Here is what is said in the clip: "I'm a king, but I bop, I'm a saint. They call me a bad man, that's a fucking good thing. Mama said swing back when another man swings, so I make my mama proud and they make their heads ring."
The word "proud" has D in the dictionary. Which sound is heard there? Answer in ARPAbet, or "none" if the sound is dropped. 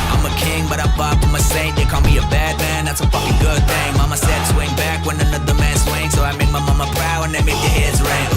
none